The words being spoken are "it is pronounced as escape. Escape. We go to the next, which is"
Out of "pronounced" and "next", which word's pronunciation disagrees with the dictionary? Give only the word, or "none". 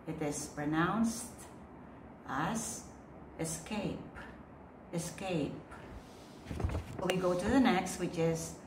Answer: none